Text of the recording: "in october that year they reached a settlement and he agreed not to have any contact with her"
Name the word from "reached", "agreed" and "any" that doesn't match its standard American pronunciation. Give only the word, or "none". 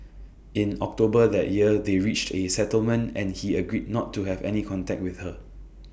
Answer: none